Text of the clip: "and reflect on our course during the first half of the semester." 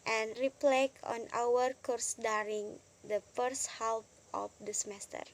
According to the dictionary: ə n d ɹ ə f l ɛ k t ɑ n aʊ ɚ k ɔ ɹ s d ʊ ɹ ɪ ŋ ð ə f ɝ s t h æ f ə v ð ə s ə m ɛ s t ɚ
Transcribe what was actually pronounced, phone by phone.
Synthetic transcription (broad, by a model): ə n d ɹ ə p l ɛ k ɑ n aʊ ɚ k ɔ ɹ s d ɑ ɹ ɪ ŋ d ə f ɝ s t h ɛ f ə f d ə s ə m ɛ s t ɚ